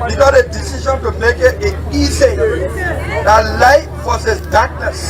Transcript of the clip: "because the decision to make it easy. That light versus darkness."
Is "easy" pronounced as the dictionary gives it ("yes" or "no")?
no